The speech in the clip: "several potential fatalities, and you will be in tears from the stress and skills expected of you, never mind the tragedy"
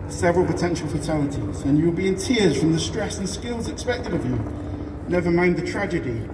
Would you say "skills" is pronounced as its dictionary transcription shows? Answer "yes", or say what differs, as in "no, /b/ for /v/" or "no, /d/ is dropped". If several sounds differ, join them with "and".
yes